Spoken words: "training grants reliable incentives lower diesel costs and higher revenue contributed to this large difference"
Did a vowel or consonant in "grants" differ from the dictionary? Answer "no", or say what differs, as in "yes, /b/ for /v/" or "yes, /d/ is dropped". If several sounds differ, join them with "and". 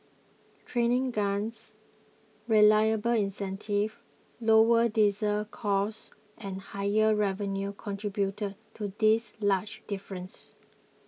yes, /ɹ/ is dropped